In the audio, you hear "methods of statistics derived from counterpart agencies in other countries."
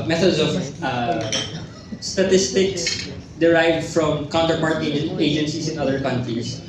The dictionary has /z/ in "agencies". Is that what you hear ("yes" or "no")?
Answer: no